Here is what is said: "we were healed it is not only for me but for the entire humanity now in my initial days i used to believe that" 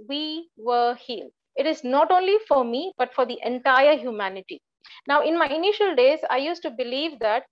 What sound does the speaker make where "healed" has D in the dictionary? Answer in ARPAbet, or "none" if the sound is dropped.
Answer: none